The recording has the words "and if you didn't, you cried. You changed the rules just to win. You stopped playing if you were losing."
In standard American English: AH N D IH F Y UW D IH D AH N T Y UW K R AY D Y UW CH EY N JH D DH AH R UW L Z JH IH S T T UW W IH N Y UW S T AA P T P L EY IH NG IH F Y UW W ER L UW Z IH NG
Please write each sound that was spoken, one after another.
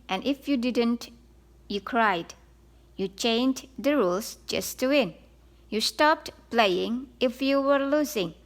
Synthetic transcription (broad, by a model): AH N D IH F Y UW D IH D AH N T Y UW K R AY D Y UW CH EY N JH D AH R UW L S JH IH S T T UW W IH N Y UW S T AA P T P L EY IH NG IH F Y UW W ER L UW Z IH NG